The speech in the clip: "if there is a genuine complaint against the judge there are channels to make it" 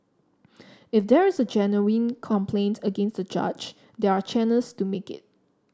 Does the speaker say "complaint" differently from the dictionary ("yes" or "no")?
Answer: no